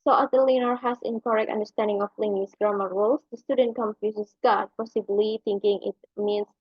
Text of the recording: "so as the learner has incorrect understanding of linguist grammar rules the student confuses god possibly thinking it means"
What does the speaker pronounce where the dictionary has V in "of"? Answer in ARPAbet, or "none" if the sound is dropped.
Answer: P